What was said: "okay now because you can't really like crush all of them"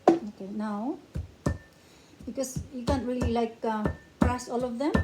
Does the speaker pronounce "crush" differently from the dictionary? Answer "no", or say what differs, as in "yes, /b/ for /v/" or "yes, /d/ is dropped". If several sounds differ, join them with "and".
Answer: yes, /s/ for /ʃ/